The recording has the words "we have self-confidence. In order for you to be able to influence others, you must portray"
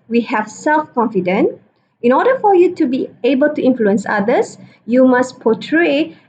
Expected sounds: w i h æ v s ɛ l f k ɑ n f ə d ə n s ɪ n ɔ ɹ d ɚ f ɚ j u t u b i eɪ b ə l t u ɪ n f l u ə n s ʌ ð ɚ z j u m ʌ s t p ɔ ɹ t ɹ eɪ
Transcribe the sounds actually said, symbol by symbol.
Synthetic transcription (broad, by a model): w i h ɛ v s ɛ l f k ɑ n f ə d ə n ɪ n ɔ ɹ d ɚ f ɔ j u t u b i eɪ b ə l t u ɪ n f l u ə n s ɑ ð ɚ s j u m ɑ s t p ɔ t ɹ eɪ